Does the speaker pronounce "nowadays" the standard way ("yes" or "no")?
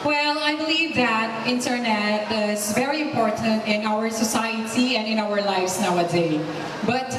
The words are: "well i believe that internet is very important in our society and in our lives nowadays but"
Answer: no